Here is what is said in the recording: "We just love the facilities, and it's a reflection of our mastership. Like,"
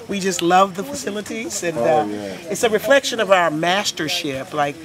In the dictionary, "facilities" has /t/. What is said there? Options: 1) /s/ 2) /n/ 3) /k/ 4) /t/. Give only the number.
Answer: 4